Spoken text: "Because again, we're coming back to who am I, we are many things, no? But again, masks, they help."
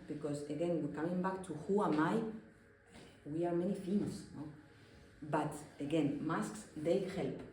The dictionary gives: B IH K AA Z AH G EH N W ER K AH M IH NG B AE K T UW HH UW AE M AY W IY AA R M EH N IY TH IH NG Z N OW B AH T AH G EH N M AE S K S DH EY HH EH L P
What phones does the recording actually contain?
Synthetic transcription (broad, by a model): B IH K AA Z AH G EH N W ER K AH M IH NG B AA K T UW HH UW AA M AY W IY AA R M EH N IY F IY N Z N OW B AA T AH G EH N M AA S K S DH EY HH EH L P